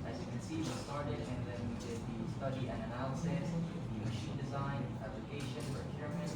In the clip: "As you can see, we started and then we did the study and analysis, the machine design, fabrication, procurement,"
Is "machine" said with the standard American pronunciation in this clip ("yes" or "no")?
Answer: yes